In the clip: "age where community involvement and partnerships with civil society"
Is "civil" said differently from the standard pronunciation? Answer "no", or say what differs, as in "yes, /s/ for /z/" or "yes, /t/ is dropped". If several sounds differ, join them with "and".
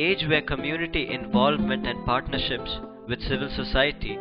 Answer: no